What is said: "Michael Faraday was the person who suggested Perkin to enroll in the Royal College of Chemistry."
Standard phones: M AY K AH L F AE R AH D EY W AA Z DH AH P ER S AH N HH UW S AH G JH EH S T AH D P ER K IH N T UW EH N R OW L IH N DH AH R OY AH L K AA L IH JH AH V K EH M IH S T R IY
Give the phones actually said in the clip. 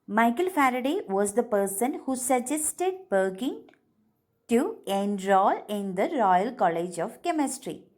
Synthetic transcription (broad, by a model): M AY K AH L F AE R AH D EY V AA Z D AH P ER S AH N HH UW S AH JH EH S T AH D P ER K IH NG T UW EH N R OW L IH N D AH R OY AH L K AA L IH JH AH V K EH M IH S T R IY